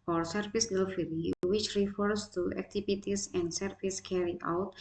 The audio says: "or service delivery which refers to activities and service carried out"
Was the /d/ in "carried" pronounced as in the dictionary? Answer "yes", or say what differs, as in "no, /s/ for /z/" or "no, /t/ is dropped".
no, /d/ is dropped